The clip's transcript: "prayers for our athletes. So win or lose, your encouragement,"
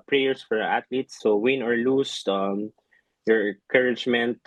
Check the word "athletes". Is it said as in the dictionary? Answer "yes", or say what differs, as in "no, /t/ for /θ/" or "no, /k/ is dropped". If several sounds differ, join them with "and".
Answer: no, /t/ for /θ/